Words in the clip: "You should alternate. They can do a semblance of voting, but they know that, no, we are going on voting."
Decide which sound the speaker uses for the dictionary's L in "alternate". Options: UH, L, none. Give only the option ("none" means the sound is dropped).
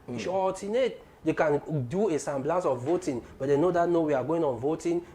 none